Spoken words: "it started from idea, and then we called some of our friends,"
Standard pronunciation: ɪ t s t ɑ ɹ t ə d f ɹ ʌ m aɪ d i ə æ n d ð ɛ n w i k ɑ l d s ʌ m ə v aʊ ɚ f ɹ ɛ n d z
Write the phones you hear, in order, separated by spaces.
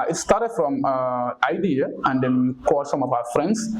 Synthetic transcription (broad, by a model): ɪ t s t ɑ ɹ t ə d f ɹ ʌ m aɪ d i ə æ n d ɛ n k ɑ d s ʌ m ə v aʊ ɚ f ɹ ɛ n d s